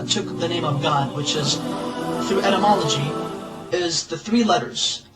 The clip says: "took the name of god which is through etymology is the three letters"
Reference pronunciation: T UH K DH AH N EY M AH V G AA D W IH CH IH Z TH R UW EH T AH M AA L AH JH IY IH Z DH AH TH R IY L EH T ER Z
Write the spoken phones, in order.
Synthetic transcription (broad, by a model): T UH K DH AH N EY M AH V G AA D W IH CH IH Z TH R UW EH T AH M AA L AH JH IY IH Z DH AH TH R IY L EH T ER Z